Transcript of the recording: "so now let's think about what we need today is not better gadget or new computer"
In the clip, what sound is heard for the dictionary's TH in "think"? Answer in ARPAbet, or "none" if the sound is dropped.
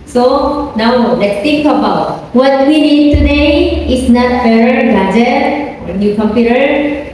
T